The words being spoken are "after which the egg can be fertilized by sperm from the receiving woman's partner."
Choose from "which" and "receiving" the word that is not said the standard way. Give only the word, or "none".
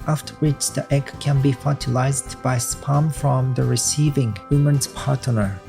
none